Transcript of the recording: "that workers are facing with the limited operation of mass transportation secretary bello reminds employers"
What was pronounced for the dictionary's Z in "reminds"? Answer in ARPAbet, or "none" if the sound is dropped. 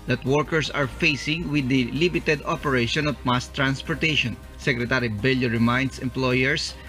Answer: S